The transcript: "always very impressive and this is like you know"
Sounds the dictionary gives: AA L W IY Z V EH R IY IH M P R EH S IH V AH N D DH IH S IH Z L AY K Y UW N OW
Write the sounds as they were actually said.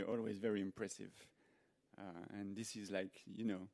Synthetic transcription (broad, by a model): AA L W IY Z V EH R IY IH M P R EH S IH V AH N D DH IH S IH Z L AY K Y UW N OW